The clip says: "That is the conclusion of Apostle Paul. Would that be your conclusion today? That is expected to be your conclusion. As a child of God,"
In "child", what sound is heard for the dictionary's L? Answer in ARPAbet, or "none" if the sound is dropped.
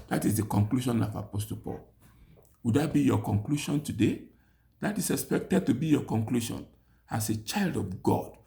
L